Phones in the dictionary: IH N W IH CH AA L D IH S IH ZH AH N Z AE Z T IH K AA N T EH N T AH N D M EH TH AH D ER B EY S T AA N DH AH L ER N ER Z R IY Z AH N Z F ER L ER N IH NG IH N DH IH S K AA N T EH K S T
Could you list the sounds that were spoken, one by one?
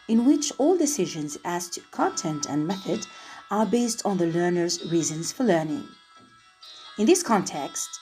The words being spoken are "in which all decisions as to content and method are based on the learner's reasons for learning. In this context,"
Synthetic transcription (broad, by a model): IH N W IH CH AA L D IH S IH ZH AH N Z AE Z T IH K AA N T EH N T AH N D M EH TH AH D ER B EY S T N DH AH L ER N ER Z R IY Z AH N Z F ER L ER N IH NG IH N DH IH S K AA N T EH K S T